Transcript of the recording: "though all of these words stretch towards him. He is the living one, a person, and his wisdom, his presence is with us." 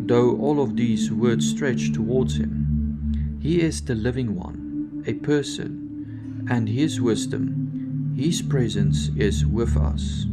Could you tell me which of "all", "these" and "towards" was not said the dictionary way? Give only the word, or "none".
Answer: none